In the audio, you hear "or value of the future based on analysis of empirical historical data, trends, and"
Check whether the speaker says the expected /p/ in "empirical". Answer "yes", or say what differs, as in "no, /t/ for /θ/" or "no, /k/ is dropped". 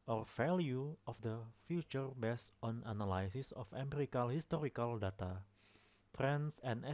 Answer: no, /p/ is dropped